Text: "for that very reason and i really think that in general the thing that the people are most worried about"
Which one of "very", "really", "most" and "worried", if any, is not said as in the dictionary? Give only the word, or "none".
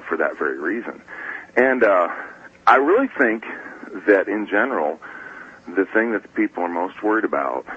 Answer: none